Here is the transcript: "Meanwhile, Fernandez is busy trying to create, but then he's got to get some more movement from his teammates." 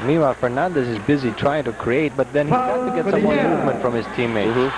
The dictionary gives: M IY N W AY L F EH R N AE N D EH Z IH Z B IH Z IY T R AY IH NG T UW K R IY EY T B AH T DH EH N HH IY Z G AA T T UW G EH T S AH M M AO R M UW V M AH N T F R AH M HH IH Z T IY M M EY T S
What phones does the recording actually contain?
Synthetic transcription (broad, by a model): M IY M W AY F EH R N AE N D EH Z IH Z B IH Z IY T R AY IH NG T UW K R IY EY T B AH T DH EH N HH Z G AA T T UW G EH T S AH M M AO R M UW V M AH N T F R AH M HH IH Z T IY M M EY